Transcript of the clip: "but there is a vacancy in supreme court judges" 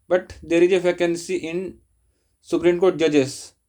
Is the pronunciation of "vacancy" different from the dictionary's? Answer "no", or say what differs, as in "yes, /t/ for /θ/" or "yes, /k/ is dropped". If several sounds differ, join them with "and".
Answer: yes, /f/ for /v/